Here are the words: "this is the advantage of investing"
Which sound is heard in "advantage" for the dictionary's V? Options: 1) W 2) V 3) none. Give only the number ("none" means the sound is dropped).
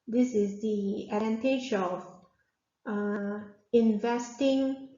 3